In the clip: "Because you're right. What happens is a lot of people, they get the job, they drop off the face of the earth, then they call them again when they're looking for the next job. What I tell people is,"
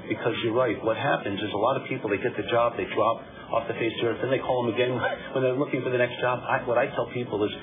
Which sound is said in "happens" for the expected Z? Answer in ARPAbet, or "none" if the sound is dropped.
Z